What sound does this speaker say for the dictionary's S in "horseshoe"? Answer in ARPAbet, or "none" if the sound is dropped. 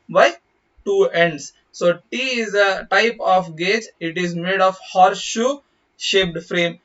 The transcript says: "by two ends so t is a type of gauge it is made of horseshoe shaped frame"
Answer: none